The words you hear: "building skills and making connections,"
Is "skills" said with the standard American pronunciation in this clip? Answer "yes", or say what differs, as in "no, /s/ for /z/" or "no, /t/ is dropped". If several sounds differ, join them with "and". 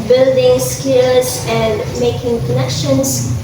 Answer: no, /l/ is dropped